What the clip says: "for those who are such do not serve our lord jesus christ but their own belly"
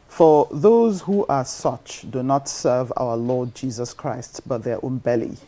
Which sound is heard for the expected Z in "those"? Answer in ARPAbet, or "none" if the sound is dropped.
Z